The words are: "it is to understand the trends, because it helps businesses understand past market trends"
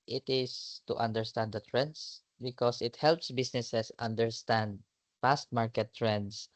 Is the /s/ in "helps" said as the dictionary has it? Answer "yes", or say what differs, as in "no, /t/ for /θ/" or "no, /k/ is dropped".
yes